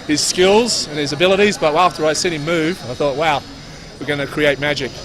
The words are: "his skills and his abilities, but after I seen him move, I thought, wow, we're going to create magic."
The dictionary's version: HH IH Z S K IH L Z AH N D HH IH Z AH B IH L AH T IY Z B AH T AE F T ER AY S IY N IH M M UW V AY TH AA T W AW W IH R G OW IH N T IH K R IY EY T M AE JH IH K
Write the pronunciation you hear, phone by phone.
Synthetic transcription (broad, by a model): HH IH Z S K IH L Z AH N IH Z AH B IH L AH T IY Z B AH T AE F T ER AY S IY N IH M M UW V AY TH AA T W AW W IH R G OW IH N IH K R IY EY T M AE JH IH K